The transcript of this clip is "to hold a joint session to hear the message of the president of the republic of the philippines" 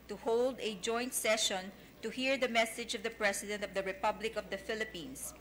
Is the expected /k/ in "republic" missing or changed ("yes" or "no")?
no